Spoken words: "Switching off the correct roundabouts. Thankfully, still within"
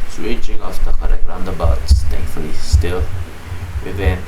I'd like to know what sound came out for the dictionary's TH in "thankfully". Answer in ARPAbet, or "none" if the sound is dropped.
T